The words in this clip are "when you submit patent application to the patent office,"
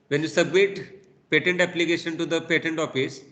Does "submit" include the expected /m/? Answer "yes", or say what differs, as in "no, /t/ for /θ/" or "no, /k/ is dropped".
yes